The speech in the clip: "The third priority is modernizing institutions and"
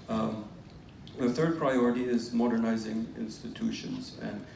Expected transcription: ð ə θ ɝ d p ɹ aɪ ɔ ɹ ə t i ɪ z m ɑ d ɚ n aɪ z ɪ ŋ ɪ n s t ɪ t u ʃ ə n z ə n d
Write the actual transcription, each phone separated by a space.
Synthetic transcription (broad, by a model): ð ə θ ɝ d p ɹ aɪ ɔ ɹ ə t i ɪ z m ɑ d ɚ n aɪ z ɪ ŋ ɪ n s t ɪ t u ʃ ə n z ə n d